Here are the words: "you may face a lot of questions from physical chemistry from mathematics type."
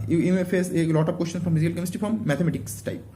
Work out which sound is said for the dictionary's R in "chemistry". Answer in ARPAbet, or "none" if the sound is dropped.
none